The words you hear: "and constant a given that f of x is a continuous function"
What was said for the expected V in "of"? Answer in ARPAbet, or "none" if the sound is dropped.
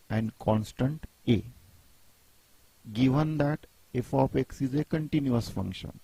P